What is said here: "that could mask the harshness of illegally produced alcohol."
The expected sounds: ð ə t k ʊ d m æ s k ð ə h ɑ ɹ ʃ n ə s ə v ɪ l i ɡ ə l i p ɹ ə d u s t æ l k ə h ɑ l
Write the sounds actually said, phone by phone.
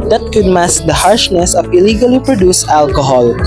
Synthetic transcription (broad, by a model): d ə t k ʊ d m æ s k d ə h ɑ ɹ ʃ n ə s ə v ɪ l i ɡ ə l i p ɹ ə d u s æ l k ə h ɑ l